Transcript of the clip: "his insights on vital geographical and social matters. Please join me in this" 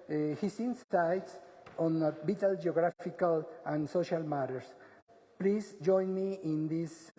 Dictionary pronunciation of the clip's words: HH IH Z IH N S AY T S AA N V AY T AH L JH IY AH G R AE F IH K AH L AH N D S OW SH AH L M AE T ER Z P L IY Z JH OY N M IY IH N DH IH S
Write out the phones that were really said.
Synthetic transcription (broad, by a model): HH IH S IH N S AY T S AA N B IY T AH L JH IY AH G R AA F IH K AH L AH N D S OW SH AH L M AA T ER S P L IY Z JH OY N M IY IH N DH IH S